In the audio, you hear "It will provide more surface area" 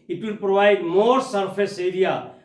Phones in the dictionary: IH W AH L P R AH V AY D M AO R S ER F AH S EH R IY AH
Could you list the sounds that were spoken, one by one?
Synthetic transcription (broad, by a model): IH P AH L P R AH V AY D M AO R S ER P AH S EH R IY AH